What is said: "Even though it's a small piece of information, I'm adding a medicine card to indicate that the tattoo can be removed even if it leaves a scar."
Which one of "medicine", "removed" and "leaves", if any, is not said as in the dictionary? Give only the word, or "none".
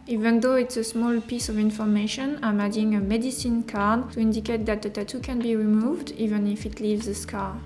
none